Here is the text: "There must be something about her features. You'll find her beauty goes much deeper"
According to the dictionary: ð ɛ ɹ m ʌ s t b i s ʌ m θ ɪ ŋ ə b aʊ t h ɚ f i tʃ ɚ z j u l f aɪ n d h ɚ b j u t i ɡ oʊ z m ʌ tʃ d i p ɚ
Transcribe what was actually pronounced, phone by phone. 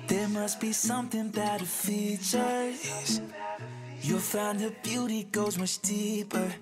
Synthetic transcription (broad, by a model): ð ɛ ɹ m ʌ s t b i s ʌ m θ ɪ ŋ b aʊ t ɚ f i tʃ ɚ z j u f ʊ n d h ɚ b j u t i ɡ oʊ z m ʌ tʃ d i p ɚ